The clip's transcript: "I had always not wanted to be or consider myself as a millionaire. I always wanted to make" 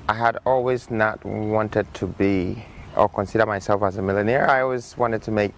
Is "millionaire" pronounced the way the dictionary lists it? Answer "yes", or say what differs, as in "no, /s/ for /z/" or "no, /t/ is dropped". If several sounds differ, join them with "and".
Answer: yes